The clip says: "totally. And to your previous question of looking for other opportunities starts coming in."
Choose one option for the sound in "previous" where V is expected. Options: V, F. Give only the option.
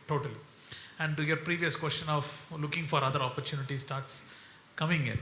V